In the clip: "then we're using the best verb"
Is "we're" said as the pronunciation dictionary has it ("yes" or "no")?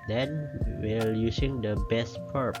no